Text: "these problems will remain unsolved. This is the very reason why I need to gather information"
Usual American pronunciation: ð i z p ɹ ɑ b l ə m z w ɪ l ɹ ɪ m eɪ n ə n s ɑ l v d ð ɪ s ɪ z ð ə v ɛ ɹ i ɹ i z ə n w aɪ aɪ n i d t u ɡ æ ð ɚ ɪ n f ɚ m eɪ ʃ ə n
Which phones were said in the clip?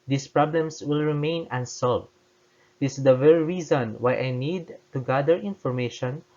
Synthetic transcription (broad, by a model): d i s p ɹ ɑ b l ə m s w ɪ l ɹ ɪ m eɪ n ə n s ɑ l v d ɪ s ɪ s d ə v ɛ ɹ i ɹ i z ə n w aɪ aɪ n i d t u ɡ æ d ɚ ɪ n f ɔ m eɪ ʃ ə n